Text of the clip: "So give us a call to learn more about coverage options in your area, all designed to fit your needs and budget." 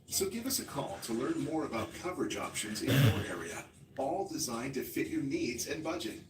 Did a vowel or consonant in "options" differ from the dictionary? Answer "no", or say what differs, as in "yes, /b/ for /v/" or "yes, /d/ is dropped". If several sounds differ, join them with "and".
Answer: no